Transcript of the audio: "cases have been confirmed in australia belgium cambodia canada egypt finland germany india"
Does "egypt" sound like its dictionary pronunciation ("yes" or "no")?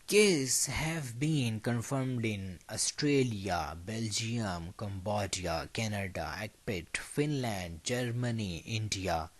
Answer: no